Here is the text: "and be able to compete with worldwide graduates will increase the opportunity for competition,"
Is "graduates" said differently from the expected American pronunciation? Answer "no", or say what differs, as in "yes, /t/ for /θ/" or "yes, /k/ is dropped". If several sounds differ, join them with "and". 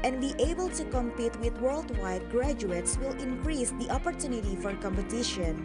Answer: no